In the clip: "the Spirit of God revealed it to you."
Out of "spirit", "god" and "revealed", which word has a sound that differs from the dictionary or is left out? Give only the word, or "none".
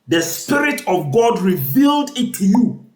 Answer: none